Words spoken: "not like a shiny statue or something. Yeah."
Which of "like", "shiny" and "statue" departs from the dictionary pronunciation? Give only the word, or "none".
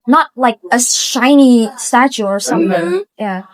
none